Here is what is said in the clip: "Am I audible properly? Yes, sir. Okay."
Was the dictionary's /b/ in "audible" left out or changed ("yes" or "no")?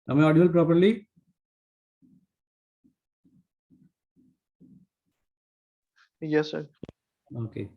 yes